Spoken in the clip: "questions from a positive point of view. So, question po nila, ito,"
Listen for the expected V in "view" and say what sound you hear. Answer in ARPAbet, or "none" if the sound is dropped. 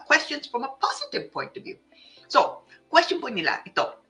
V